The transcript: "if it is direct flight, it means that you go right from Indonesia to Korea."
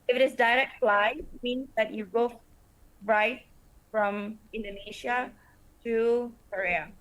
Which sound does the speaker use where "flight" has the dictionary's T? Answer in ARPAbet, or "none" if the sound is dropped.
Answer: none